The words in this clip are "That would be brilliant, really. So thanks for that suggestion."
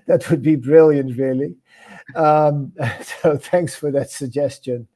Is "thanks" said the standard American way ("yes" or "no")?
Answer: yes